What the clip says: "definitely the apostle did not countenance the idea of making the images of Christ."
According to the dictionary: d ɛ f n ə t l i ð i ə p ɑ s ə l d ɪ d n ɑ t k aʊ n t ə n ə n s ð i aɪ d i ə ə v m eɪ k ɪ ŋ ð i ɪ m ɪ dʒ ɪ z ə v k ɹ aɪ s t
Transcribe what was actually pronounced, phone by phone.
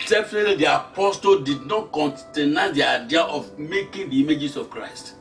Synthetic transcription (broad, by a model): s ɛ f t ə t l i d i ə p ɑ s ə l d ɪ d n ɑ t k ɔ n t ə n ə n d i aɪ d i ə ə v m eɪ k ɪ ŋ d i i m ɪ dʒ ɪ s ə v k ɹ aɪ s t